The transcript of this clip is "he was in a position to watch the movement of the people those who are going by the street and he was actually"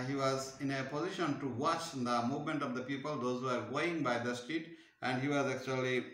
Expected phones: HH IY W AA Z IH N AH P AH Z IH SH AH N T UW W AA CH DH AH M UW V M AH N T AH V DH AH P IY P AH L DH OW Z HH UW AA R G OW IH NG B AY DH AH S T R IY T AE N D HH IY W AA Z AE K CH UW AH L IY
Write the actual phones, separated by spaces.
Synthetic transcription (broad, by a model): HH IY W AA Z IH N AH P AH Z IH SH AH N T UW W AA CH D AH M UW V M AH N T AH V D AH P IY P AH L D OW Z HH UW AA R G OW IH NG B AY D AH S T IY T AE N D HH IY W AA Z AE K CH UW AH L IY